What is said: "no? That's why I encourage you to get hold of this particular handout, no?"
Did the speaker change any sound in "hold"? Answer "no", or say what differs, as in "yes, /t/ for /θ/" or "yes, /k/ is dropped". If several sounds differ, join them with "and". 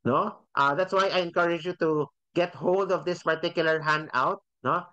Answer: no